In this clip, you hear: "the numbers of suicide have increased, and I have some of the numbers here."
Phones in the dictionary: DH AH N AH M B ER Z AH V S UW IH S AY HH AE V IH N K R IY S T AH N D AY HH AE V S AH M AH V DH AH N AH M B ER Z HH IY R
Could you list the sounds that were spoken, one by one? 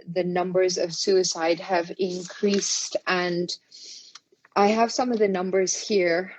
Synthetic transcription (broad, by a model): DH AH N AH M B ER Z AH V S UW IH S AY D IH V IH N K R IY S T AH N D AY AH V S AH M AH V DH AH N AH M B ER Z HH IY R